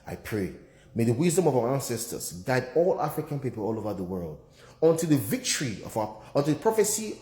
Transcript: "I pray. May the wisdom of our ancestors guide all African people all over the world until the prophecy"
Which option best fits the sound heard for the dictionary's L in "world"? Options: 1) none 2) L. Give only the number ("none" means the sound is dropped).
2